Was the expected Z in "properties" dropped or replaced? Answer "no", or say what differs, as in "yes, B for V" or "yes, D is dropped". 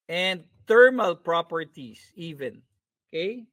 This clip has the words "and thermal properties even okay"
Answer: yes, S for Z